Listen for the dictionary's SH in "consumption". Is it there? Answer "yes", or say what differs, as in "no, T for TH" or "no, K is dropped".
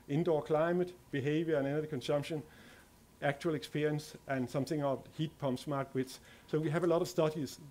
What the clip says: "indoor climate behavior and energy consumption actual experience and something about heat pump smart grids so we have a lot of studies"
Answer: yes